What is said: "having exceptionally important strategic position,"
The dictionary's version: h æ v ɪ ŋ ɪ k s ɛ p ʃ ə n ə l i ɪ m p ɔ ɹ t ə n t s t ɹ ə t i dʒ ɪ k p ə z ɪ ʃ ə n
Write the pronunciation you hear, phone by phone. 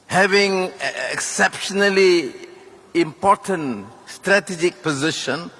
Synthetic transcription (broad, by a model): h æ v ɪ ŋ ɪ k s ɛ p ʃ ə n ə l i ɪ m p ɔ ɹ t ə n t s t ɹ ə t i dʒ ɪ k p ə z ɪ ʃ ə n